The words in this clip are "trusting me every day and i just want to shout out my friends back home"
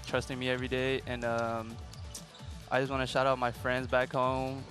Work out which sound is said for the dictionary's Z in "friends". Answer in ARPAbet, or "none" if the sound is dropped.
Z